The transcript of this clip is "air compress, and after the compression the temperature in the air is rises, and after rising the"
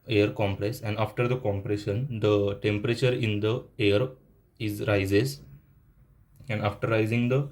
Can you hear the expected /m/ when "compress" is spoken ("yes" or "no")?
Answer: yes